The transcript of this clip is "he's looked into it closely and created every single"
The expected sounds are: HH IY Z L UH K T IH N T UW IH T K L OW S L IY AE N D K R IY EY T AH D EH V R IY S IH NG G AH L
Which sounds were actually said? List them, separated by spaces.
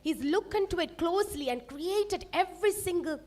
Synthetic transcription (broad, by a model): HH IY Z L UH K IH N T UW IH T K L OW S L IY AE N D K R IY EY T AH D EH V R IY S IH NG G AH L